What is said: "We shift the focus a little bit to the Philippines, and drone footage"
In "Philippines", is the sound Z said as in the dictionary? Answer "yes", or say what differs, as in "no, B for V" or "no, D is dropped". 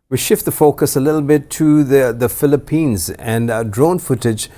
yes